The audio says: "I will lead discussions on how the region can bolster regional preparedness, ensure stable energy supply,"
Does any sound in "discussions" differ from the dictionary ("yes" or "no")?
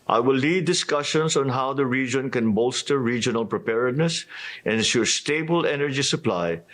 yes